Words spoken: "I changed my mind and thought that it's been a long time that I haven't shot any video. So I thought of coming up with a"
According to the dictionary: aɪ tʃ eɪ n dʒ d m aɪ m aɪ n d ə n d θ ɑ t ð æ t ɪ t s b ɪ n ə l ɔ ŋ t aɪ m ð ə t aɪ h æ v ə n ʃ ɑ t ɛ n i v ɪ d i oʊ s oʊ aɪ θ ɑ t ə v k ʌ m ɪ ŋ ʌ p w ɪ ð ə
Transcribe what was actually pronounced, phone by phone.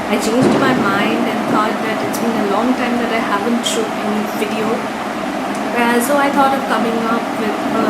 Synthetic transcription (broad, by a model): aɪ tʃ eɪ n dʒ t m aɪ m aɪ n d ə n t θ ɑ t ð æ t ɪ t s b ɪ n ə l ɔ ŋ t aɪ m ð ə t aɪ h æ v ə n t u ɪ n v ɪ d i oʊ s oʊ aɪ t ɑ t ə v k ʌ m ɪ ŋ ʌ p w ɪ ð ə